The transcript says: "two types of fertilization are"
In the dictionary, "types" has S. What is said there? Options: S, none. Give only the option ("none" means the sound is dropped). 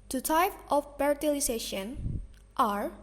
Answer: none